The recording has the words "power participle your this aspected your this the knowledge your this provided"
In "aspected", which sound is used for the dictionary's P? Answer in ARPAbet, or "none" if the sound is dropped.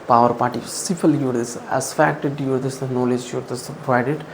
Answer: F